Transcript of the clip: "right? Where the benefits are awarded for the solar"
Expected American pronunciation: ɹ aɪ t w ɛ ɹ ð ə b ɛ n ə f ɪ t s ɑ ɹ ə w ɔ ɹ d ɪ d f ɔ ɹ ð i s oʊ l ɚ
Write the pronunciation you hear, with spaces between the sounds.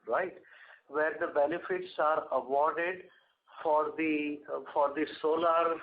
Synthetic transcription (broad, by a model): ɹ aɪ t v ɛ ɹ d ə b ɛ n ə f ɪ t s ɑ ɹ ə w ɔ ɹ d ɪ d f ɔ ɹ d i s oʊ l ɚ